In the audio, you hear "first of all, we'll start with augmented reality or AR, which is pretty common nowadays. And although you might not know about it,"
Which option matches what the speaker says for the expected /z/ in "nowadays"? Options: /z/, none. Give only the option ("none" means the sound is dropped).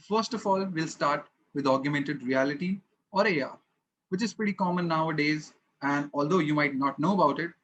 /z/